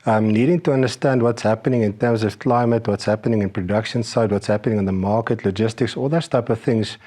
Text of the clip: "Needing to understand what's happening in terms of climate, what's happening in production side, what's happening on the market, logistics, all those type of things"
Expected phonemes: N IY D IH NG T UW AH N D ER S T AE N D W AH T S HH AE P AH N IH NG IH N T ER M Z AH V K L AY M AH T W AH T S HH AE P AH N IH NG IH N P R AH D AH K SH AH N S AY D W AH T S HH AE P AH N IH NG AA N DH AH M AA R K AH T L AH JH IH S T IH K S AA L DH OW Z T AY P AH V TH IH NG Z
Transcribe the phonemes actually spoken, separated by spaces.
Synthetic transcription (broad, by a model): N IY D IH NG T UW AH N D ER S T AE N D W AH T S HH AE P AH N IH NG IH N T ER M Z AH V K L AY M AH T W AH T S HH AE P AH N IH NG IH N P R AH D AH K SH AH N S AY D W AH T S HH AE P AH N IH NG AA N DH AH M AA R K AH T L AH JH IH S T IH K S AA L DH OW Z T AY P AH V TH IH NG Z